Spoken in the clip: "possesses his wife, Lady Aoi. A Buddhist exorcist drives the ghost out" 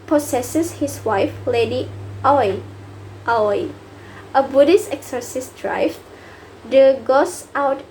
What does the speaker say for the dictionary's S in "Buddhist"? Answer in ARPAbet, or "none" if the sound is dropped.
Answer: S